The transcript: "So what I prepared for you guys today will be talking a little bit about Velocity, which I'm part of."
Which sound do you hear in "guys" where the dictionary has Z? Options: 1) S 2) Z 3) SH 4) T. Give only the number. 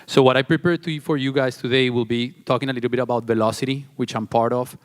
1